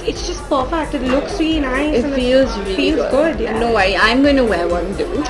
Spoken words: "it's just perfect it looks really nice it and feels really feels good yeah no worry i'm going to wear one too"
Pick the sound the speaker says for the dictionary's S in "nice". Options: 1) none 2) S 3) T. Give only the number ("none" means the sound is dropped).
1